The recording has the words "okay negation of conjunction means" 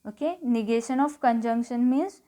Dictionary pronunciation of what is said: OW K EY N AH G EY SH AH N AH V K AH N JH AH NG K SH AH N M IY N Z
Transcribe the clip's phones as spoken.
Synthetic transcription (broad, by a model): OW K EY N AH G EY SH AH N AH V K AH N JH AH NG K SH AH N M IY N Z